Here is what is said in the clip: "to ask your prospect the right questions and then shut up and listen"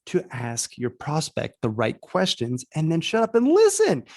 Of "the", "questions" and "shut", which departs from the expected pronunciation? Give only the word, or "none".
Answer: none